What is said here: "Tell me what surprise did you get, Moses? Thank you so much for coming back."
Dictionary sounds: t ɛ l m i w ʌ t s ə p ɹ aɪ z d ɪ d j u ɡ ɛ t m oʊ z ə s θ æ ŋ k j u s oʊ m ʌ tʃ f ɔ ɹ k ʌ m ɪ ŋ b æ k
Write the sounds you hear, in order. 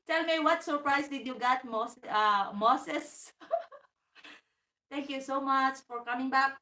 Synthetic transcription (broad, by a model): t ɛ l m i w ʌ t s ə p ɹ aɪ s d ɪ d j u ɡ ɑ t m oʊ s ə s t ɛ ŋ k j u s oʊ m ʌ tʃ f ɔ ɹ k ʌ m ɪ ŋ b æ k